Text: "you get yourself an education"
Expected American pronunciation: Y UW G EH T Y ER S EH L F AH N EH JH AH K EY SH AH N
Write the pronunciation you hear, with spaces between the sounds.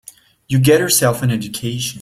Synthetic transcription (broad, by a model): Y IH G EH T Y ER S EH L F AH N EH JH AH K EY SH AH